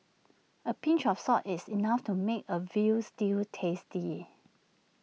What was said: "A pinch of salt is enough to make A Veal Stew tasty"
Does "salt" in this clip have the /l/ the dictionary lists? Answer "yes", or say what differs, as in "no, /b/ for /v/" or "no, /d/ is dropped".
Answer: no, /l/ is dropped